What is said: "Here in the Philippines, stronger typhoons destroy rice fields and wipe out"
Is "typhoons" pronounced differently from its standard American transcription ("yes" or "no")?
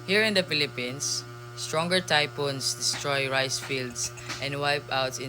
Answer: yes